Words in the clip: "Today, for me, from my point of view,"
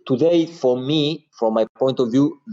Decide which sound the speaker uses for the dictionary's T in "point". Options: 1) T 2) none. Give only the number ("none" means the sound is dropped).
1